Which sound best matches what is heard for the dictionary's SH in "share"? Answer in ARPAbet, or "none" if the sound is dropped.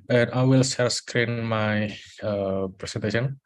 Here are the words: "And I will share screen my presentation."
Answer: S